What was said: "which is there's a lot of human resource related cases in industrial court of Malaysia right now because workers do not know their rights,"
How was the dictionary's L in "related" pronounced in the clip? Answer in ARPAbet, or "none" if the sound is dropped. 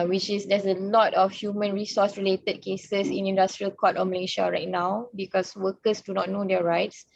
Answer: L